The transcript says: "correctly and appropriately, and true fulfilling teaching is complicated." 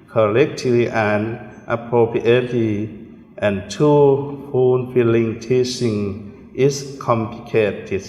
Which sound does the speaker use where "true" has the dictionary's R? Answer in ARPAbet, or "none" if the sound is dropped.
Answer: none